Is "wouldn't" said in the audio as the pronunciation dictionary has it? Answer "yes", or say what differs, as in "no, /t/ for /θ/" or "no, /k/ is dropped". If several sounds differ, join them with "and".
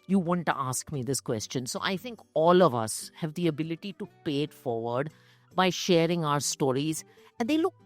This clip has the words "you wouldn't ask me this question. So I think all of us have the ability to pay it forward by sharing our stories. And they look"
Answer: no, /n/ is dropped